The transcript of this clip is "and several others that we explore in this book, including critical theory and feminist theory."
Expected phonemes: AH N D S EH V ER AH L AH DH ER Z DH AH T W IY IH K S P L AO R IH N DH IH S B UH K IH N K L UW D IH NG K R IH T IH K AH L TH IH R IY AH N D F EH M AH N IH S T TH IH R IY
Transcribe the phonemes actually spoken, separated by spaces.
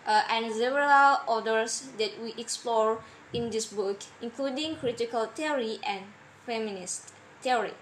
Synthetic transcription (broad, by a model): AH N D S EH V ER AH L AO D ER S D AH T W IY IH K S P L AO R IH N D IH S B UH K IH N K L UW D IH NG K R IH T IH K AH L T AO R IY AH N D F EH M AH N IH S T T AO R IY